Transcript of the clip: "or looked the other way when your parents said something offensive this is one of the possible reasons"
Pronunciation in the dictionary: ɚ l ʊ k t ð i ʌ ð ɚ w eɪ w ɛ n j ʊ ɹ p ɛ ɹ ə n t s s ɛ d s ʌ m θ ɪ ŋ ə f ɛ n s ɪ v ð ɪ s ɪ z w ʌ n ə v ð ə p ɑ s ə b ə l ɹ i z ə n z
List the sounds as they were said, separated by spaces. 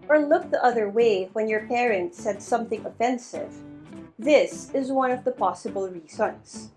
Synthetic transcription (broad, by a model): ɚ l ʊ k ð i ʌ ð ɚ w eɪ w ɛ n j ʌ ɹ p ɛ ɹ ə n t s s ɛ d s ʌ m θ ɪ ŋ ə f ɛ n s ɪ v ð ɪ s ɪ z w ʌ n ə v ð ə p ɑ s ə b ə l ɹ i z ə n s